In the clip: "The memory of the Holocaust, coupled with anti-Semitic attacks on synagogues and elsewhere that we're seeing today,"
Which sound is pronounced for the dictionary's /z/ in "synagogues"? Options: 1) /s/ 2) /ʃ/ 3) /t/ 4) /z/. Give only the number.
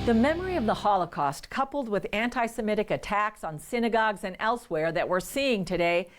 4